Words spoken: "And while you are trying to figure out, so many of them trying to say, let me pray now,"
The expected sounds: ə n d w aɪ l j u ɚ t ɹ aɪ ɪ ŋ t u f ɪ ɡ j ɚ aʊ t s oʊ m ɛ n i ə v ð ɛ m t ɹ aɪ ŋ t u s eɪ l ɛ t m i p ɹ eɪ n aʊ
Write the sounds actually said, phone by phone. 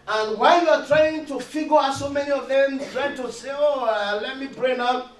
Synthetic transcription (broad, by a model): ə n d w aɪ l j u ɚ t ɹ aɪ ɪ ŋ t u f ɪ ɡ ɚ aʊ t s oʊ m ɛ n i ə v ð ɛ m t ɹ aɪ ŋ t u s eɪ l ɛ t m i b ɹ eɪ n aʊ